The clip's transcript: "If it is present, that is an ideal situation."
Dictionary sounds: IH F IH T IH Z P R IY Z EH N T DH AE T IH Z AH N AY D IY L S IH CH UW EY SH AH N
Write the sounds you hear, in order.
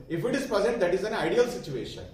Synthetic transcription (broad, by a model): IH F IH T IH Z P IY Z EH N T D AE T IH Z AH N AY D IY L S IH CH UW EY SH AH N